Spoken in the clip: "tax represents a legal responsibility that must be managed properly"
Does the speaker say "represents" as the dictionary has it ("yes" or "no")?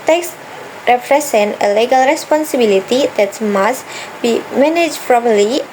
no